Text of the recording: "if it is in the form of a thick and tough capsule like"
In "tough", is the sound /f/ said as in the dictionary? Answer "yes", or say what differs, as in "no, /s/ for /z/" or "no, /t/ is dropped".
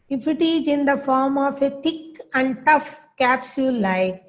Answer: yes